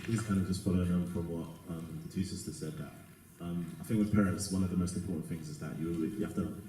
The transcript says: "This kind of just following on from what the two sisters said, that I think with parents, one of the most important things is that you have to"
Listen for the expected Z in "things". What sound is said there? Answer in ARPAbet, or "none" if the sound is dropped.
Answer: Z